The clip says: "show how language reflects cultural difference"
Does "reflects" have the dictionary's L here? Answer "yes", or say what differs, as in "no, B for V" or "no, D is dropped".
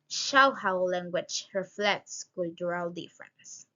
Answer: yes